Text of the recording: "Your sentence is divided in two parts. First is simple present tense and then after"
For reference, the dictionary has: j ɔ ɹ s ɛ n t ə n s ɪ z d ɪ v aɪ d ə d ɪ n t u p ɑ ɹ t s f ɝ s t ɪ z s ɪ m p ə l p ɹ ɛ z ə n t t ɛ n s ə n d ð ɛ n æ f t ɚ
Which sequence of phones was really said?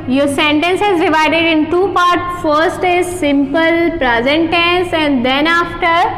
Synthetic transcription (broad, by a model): j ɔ ɹ s ɛ n t ə n s ɪ z d ɪ v aɪ d ə d ɪ n t u p ɑ ɹ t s f ɝ s t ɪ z s ɪ m p ə l p ɹ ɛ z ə n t t ɛ n s ə n d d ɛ n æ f t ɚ